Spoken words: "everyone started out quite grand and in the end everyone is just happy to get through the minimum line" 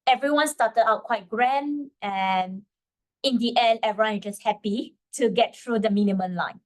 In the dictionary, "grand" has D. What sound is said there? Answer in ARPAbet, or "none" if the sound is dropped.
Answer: none